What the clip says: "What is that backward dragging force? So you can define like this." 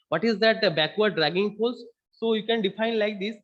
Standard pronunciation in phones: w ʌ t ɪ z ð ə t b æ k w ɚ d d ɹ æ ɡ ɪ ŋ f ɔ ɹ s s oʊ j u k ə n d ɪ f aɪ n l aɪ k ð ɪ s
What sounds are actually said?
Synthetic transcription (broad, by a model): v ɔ t ɪ z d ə t b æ k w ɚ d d ɹ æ ɡ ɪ ŋ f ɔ l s s oʊ j u k ə n d ɪ f aɪ n l aɪ k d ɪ s